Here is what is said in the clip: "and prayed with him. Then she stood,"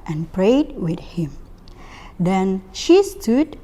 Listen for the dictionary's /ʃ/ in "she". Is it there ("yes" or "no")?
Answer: yes